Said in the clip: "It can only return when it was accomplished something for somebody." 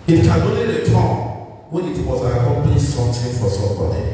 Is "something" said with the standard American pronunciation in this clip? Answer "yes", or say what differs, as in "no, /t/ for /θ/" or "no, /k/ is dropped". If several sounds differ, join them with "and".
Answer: no, /t/ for /θ/